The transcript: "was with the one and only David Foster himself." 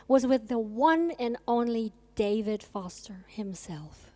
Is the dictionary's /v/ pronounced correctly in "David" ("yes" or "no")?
yes